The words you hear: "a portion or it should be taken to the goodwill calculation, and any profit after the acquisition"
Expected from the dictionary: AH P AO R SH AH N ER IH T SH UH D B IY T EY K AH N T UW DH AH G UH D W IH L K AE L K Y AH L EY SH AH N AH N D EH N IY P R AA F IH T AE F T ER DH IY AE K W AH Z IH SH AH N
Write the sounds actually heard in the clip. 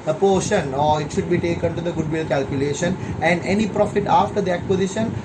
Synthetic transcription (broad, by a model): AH P AO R SH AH N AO IH T SH UH D B IY T EY K AH N T UW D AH G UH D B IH L K AE L K Y AH L EY SH AH N AH N D EH N IY P R AA F IH T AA F T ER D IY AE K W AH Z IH SH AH N